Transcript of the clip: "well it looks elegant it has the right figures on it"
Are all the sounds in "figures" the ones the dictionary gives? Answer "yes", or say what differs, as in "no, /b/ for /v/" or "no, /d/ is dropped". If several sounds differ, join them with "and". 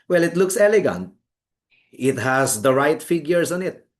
no, /s/ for /z/